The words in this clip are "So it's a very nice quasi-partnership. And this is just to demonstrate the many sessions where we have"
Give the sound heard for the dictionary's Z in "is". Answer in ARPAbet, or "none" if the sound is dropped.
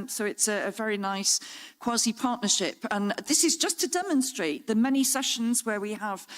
Z